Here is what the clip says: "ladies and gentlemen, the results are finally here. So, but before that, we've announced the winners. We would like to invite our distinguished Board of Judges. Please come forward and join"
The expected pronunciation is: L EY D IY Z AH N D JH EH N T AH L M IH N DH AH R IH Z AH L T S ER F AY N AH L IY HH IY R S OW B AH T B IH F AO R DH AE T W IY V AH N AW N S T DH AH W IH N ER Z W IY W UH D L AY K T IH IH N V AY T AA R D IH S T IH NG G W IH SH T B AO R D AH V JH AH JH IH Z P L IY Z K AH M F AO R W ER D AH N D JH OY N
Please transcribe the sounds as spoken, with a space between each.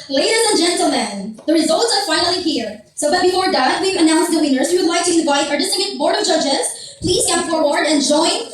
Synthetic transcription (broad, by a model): L EY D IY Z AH N JH EH N T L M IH N DH AH R IH Z AH L T S ER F AY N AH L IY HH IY R S OW B AH T B IH F AO R DH AE T W IY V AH N AW N S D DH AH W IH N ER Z W IY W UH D L AY K T IH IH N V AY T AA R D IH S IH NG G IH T B AO R D AH V JH AH JH IH Z P L IY Z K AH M F AO R W ER D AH N JH OY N